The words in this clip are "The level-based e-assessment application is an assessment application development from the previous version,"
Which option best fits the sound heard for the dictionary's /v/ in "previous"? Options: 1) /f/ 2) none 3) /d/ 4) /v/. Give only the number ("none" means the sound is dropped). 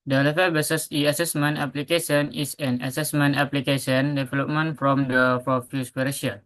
1